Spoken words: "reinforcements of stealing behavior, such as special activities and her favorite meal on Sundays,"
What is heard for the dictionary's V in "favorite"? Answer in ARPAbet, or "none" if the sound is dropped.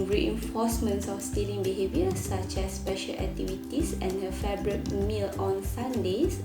B